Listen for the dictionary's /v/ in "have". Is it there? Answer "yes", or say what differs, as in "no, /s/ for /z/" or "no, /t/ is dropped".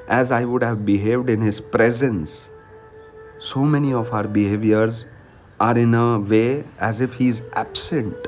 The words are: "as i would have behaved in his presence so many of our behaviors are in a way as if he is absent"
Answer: yes